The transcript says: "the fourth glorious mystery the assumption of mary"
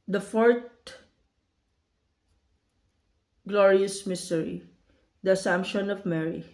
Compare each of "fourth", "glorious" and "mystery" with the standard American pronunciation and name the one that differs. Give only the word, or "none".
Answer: fourth